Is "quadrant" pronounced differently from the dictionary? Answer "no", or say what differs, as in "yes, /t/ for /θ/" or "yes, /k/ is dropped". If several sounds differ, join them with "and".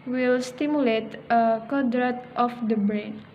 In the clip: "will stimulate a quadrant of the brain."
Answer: yes, /n/ is dropped